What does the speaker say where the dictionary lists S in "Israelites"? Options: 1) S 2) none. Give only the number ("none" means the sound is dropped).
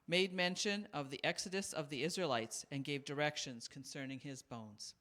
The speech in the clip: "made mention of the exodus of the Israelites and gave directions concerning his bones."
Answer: 1